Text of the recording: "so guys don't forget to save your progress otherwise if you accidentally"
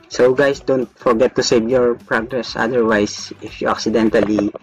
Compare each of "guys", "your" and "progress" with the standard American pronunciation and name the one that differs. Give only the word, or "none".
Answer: guys